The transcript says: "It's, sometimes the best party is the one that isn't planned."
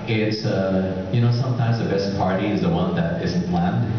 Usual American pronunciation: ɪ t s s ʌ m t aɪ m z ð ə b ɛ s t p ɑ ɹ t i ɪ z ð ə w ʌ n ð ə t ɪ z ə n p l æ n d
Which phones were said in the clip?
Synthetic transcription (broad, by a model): ɪ t s s ʌ m t aɪ m z ð ə b ɛ s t p ɑ ɹ t i ɪ z ð ə w ʌ n ð ə t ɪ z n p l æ n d